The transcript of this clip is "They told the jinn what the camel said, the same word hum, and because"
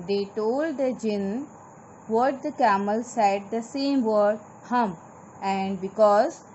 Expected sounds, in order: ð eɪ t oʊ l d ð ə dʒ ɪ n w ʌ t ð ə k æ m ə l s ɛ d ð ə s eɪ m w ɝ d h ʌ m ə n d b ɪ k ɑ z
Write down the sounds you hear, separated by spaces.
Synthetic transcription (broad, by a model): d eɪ t oʊ l d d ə dʒ ɪ n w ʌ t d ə k æ m ə l s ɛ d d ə s eɪ m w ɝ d h ʌ m ə n d b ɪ k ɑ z